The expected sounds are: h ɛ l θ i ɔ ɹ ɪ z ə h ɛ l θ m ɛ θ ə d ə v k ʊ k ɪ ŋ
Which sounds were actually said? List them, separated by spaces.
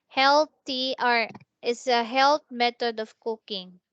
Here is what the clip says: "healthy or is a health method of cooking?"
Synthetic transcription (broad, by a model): h ɛ l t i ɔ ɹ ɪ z ə h ɛ l t m ɛ t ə d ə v k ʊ k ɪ ŋ